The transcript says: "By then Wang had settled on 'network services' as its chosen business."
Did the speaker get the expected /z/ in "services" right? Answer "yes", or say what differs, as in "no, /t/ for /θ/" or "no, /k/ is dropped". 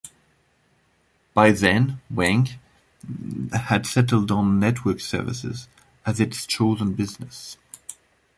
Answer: yes